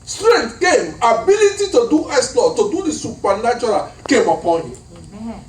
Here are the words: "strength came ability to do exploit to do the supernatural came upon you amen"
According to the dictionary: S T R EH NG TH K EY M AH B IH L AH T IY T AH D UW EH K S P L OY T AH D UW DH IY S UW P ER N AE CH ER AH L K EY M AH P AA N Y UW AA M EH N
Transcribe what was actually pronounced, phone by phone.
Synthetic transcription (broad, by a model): S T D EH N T K EY M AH B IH L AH T IY T AH D UW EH S L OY T AH D UW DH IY S UW P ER N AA CH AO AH L K EY M AH P AA N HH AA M